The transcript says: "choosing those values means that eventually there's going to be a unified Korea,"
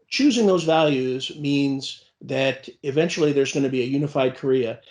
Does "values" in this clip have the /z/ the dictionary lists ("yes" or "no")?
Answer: yes